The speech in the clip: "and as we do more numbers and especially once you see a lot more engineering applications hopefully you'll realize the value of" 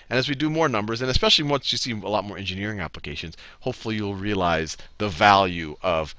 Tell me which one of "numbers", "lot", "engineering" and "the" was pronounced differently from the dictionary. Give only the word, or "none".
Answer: none